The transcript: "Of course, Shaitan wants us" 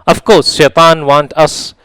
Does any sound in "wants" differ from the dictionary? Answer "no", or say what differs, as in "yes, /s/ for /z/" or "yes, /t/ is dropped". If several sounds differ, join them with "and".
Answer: yes, /s/ is dropped